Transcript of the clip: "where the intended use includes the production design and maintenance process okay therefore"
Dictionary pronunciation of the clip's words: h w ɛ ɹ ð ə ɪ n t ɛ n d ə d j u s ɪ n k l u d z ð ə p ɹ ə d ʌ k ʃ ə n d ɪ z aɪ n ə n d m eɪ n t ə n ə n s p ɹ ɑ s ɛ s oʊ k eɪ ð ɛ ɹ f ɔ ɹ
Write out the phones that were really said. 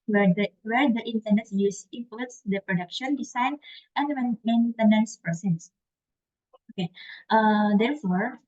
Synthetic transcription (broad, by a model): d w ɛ ɹ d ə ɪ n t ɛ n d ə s j u s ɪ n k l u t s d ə p ɹ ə d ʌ k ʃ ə n d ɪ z aɪ n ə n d m eɪ n t ə n ə n s p ɹ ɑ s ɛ s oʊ k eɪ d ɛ ɹ f ɔ ɹ